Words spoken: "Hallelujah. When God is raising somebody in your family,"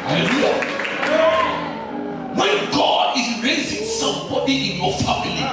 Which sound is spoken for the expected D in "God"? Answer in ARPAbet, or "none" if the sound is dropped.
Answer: D